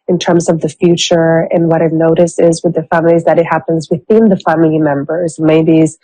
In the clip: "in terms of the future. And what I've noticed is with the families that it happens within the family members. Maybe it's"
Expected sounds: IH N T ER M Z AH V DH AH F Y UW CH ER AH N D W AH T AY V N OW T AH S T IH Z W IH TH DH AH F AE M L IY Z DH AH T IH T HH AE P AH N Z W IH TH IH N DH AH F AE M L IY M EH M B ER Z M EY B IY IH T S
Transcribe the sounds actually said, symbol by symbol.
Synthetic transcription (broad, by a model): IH N T ER M Z AH V DH AH F Y UW CH ER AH N W AH T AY N OW T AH S IH Z W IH DH AH F AE M L IY Z DH AH T IH T HH AE P AH N Z W IH TH IH N DH AH F AE M L IY M EH M B ER Z M EY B IY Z